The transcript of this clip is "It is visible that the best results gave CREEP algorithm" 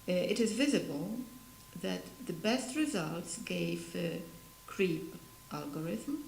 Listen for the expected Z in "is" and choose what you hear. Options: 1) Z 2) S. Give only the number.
1